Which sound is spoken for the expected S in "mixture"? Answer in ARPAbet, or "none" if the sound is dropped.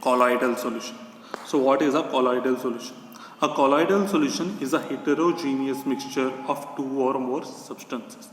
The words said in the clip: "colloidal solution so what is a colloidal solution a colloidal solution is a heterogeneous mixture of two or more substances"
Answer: S